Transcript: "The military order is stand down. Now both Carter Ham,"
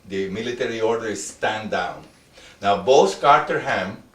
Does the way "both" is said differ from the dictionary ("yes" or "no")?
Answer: yes